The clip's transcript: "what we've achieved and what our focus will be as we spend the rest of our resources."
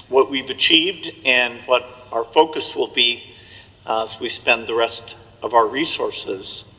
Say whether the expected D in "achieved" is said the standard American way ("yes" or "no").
yes